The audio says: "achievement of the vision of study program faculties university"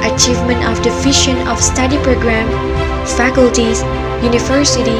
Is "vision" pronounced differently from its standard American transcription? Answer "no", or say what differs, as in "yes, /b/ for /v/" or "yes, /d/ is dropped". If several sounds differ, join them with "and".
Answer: yes, /ʃ/ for /ʒ/